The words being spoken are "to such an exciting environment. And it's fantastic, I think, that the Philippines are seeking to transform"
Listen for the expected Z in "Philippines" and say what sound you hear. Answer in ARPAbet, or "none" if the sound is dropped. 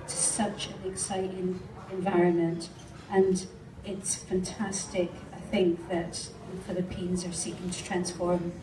Z